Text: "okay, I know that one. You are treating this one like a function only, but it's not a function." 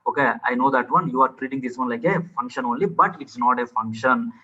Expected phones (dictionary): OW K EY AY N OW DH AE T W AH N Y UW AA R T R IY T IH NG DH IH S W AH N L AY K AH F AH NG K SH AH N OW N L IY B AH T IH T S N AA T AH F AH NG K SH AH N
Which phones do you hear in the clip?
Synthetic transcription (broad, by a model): OW K EY AY N OW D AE T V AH N Y UW AA R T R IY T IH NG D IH S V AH N L AY K AH F AH NG K SH AH N OW N L IY B AH T IH T S N AA T AH F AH NG K SH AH N